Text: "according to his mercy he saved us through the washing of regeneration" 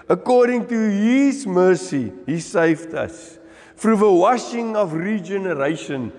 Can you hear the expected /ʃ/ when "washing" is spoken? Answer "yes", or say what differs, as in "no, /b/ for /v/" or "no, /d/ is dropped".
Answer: yes